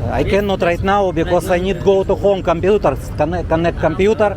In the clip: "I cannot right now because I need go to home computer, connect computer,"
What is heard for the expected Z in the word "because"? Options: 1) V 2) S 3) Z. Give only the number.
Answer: 2